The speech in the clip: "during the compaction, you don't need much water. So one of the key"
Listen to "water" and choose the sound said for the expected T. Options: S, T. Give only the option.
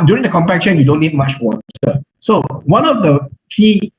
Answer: S